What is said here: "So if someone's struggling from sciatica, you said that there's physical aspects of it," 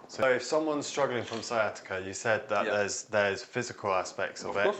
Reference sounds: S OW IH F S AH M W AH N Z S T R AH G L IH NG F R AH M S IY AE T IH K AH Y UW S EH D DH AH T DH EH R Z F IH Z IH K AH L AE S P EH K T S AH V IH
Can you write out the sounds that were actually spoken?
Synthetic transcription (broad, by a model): S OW IH F S AH M W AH N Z S T R AH G L IH NG F R AH M S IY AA T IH K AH Y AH S EH D DH AH T DH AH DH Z F IH Z IH K AH L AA S P EH K T S AH V IH